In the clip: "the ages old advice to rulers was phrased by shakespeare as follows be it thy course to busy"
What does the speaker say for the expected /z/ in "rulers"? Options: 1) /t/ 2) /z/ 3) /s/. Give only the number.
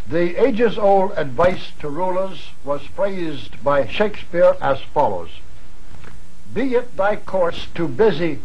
2